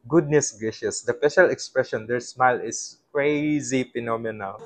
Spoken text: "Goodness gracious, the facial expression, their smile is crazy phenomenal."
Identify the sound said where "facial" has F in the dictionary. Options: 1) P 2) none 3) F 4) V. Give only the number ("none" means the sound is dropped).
1